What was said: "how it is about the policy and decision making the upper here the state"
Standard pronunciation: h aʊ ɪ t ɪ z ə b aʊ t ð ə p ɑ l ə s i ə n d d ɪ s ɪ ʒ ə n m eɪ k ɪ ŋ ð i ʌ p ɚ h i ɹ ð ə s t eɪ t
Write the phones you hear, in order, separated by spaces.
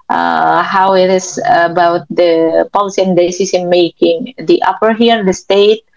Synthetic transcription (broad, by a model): h aʊ ɪ t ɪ s ə b aʊ t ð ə p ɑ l s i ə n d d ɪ s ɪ s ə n m eɪ k ɪ ŋ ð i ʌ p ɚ h i ɹ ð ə s t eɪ t